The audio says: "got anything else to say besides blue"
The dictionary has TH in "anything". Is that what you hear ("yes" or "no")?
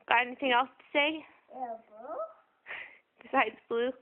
yes